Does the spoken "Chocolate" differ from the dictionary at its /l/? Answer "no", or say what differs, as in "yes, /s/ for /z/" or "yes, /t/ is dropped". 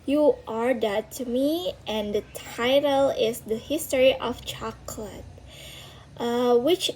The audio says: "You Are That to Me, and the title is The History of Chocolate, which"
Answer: no